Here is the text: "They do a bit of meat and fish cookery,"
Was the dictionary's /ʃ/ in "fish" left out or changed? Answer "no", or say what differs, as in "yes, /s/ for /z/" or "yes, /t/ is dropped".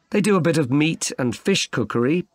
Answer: no